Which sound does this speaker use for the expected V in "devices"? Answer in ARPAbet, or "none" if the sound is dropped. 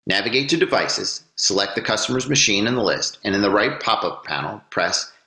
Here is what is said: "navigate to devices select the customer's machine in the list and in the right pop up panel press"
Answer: V